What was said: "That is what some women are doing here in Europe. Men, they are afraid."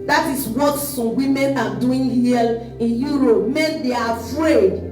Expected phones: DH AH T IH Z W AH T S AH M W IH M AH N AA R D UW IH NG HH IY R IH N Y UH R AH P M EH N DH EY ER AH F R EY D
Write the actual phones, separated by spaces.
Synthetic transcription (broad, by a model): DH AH T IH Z W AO T S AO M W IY M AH N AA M D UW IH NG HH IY L IH N Y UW R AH P M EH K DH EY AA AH F R EY D